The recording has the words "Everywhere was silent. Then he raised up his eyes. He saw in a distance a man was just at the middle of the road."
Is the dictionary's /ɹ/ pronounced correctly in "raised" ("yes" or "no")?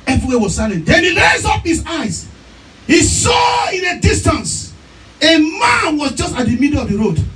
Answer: no